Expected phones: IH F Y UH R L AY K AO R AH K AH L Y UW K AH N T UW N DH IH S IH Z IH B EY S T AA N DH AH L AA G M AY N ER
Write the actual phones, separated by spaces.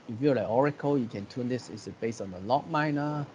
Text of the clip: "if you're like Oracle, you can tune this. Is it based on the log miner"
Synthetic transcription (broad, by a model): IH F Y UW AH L AY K AO R AH K AH L Y UW K AH N T UW N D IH S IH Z IH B EY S AA N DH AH L AA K M AY N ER